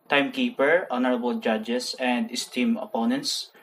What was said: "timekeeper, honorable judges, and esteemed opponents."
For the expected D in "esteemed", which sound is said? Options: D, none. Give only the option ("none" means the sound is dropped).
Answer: none